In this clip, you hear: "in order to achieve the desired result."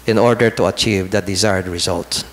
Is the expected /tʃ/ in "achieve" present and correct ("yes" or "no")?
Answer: yes